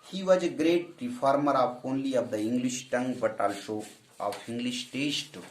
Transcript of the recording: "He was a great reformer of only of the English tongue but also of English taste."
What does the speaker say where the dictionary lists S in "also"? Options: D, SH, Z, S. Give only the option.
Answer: SH